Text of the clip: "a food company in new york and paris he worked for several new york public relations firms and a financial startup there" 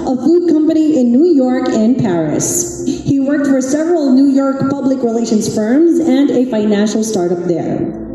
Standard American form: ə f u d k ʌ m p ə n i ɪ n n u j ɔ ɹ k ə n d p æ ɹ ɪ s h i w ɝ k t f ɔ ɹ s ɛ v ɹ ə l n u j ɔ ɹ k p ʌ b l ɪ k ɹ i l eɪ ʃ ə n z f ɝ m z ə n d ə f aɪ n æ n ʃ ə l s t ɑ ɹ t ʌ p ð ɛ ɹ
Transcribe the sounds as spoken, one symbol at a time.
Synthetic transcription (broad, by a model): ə f u d k ʌ m p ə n i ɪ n n u j ɔ ɹ k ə n p æ ɹ ɪ s h i w ɝ k t f ɔ ɹ s ɛ v ɹ ə l n u j ɔ ɹ k p ʌ b l ɪ k ɹ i l eɪ ʃ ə n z f ɝ m z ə n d ə f aɪ n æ n ʃ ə l s t ɑ ɹ t ʌ p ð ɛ ɹ